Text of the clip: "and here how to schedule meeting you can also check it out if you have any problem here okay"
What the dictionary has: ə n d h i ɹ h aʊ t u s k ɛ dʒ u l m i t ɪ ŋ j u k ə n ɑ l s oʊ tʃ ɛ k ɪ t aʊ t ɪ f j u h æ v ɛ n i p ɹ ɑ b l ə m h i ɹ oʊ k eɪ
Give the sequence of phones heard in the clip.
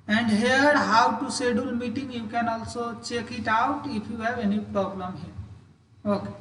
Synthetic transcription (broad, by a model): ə n d h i ɹ h aʊ t u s ɛ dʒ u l m i t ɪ ŋ j u k ə n ɑ l s oʊ tʃ ɛ k ɪ t aʊ t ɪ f j u h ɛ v ɛ n i p ɹ ɑ b l ə m h i ɹ oʊ k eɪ